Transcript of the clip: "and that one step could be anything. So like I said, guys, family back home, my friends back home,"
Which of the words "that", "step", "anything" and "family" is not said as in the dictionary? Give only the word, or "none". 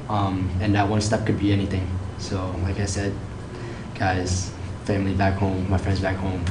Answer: none